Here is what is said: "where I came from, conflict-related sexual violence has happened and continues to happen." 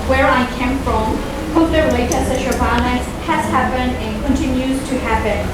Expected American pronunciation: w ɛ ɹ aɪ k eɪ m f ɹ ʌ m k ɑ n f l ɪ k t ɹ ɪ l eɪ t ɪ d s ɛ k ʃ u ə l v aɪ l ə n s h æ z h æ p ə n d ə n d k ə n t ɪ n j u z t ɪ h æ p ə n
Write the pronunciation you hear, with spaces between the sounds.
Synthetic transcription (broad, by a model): w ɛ ɹ aɪ k eɪ m f ɹ ʌ m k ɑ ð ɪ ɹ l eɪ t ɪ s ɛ ʃ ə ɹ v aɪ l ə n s h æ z h æ p ə n d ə n k ə n t ɪ n j u z t ɪ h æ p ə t